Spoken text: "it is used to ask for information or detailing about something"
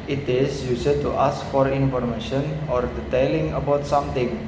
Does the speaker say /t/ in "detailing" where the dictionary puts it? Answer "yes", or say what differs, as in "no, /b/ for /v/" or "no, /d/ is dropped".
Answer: yes